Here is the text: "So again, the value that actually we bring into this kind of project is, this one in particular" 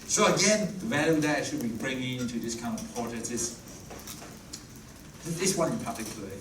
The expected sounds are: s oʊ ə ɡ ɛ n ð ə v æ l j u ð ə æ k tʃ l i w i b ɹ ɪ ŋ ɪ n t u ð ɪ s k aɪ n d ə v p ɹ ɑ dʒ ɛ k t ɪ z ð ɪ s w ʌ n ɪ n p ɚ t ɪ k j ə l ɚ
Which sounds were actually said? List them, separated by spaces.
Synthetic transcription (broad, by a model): s oʊ ə ɡ ɛ n ð ə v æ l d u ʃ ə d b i i b ɹ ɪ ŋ ɪ n t u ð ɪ s k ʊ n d ə v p ɑ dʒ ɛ t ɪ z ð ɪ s w ʌ n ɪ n p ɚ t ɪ k j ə l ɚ